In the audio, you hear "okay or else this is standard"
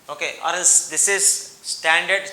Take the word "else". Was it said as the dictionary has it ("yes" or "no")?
no